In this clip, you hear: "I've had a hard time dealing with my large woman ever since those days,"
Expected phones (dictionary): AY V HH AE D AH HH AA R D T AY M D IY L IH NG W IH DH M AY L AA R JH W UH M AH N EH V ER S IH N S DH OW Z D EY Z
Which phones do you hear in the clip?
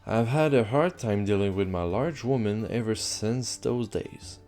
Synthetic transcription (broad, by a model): AY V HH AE D AH HH AA R D T AY M D IY L IH NG W IH DH M AY L AA R JH W UH M AH N EH V ER S IH N S DH OW Z D EY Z